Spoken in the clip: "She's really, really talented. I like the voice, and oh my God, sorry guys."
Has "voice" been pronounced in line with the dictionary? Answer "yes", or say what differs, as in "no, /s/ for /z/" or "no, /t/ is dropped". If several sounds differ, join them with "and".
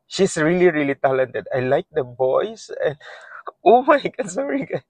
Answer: no, /b/ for /v/